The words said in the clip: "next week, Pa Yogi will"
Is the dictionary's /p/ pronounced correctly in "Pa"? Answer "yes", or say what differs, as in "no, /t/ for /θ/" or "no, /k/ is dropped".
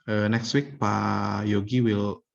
yes